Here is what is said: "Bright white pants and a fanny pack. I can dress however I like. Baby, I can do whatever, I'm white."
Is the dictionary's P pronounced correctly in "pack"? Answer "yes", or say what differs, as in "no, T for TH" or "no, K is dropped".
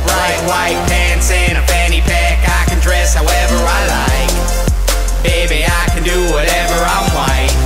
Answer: yes